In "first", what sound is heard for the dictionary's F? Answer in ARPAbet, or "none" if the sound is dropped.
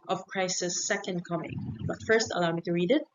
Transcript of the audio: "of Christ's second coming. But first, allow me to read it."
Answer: F